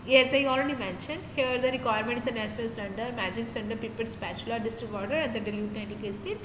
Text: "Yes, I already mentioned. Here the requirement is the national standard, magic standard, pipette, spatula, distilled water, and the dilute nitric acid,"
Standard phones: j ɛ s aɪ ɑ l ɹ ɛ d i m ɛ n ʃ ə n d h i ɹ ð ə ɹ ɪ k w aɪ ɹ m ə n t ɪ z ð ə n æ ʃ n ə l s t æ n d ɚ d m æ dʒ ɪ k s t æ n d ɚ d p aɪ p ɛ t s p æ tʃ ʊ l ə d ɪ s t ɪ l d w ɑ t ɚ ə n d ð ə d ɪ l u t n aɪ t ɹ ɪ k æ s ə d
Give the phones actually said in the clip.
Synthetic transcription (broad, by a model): j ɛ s aɪ ɑ l ɹ ɛ d i m ɛ n ʃ ə n d h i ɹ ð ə ɹ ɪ k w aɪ ɹ m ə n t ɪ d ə n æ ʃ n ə l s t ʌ n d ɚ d m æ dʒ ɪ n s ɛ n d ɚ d p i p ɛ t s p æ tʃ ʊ l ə d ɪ s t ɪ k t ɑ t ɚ ə n d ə d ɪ l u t n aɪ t ɪ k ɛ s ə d